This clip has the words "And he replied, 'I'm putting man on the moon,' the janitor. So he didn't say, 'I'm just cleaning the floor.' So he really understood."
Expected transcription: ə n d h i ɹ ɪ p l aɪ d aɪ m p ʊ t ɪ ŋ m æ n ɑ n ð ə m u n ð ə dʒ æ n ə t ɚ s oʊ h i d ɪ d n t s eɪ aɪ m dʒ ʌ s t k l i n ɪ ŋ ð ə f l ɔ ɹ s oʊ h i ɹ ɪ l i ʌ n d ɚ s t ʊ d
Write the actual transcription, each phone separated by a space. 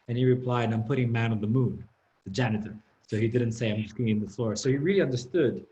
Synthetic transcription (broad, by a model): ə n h i ɹ ɪ p l aɪ d aɪ m p ʊ t ɪ ŋ m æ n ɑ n ð ə m u n ð ə dʒ æ n ə t ɚ s oʊ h i d ɪ d n t s eɪ aɪ m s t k i ɪ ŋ ð ə f l ɔ ɹ s oʊ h i ɹ ɪ l i ʌ n d ɚ s t ʊ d